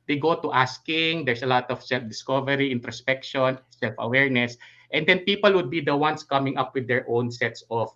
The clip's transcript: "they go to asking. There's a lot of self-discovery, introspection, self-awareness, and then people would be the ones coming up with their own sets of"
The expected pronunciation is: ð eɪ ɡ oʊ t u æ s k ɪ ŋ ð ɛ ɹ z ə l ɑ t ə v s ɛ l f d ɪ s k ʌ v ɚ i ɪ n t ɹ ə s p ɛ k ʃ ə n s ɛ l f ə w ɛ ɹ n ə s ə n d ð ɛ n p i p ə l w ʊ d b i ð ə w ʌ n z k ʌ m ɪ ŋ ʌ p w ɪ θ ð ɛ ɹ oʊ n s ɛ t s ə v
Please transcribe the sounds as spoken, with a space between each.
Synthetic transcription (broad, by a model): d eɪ ɡ oʊ t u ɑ s k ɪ ŋ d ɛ ɹ s ə l ɑ t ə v s ɛ l f d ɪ s k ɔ v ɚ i ɪ n t ɹ ə s p ɛ k ʃ ə n s ɛ l f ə w ɛ ɹ n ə s ə n d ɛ n p i p ə l w ʊ d b i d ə w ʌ n s k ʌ m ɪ ŋ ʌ p w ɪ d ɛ ɹ oʊ n s ɛ t s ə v